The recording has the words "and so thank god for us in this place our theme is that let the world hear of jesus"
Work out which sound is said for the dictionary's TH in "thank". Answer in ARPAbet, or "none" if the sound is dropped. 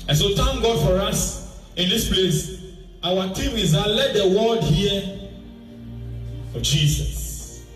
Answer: T